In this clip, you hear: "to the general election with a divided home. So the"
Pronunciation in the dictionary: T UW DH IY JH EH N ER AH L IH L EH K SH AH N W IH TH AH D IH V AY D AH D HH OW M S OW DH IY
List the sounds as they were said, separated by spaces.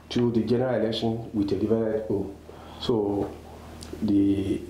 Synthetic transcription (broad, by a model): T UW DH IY JH EH N ER AH L IH L EH K SH AH N W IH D AH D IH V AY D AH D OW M S OW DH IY